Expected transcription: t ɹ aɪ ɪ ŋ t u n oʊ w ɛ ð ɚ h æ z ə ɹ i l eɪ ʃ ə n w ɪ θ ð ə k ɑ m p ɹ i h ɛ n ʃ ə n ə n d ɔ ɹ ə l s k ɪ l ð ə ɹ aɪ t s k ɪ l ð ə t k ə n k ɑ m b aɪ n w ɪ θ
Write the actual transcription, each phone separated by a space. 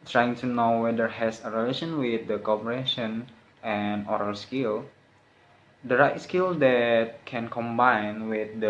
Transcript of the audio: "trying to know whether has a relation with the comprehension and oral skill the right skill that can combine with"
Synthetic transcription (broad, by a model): t ɹ aɪ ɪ ŋ t u n oʊ w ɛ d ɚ h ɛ s ə ɹ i l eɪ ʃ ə n w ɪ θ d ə k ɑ p i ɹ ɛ ʃ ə n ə n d ɔ ɹ ə l s k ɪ l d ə ɹ aɪ t s k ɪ l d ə t k ə n k ɑ m b aɪ n w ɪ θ